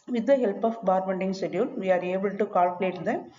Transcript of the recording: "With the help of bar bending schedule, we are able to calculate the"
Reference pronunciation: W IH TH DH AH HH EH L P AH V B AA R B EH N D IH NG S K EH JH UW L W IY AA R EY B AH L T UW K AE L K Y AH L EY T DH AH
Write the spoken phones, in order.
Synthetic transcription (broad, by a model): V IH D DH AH HH EH L P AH F B AA R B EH N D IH NG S EH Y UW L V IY AA R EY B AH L T UW K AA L K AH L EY T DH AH